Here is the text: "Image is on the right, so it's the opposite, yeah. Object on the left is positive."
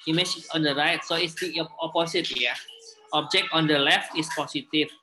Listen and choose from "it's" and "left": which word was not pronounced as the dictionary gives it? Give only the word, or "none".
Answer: none